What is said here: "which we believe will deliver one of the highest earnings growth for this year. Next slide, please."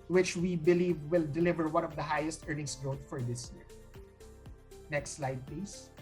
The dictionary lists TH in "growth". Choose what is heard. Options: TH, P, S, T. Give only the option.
T